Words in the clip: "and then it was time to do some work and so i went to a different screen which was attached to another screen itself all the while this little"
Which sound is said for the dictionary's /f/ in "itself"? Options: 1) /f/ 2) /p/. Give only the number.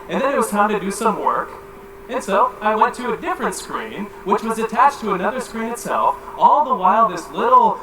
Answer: 1